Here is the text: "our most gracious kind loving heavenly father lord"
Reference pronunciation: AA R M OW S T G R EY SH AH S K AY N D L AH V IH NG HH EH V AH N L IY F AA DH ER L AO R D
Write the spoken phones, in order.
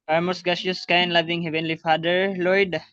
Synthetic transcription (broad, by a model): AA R M OW S T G AA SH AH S K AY N L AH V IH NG HH EH V AH N L IY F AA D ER L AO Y D